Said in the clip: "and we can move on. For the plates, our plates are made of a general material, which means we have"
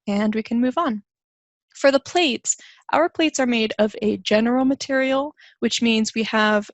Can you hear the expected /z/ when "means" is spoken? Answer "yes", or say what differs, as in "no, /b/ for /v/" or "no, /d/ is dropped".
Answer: yes